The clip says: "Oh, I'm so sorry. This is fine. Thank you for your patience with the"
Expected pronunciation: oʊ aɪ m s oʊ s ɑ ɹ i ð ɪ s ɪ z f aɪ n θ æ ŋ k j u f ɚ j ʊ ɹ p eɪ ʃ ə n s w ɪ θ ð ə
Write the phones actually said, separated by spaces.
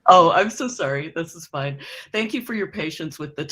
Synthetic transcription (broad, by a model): oʊ aɪ m s oʊ s ɑ ɹ i ð ɪ s ɪ z f aɪ n θ æ ŋ k j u f ɚ j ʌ ɹ p eɪ ʃ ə n s w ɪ ð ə